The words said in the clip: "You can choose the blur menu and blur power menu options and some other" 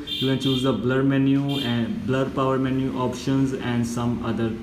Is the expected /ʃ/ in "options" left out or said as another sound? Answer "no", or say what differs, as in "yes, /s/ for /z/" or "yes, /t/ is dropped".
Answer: no